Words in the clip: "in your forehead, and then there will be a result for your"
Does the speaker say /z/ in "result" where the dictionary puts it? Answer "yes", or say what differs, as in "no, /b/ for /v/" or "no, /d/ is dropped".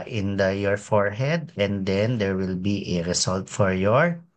no, /s/ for /z/